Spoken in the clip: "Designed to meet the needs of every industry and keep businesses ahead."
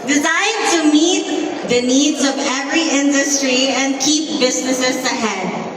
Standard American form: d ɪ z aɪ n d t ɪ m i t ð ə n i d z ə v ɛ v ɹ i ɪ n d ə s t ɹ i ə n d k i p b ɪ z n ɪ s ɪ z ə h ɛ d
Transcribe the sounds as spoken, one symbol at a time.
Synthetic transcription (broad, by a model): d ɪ z aɪ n t ɪ m i t ð ə n i d z ə v ɛ v ɹ i ɪ n d ə s t ɹ i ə n k i p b ɪ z n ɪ s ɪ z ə h ɛ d